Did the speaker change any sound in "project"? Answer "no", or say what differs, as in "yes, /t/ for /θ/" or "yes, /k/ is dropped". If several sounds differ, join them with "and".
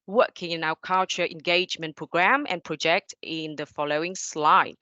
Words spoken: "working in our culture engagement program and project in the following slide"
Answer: no